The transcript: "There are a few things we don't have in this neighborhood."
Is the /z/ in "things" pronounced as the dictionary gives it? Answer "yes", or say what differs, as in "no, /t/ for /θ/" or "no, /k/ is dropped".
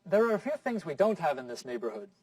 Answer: yes